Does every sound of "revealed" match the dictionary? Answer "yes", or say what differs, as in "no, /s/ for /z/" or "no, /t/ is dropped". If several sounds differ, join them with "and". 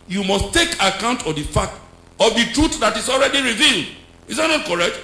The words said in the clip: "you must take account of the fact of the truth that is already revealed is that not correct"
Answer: yes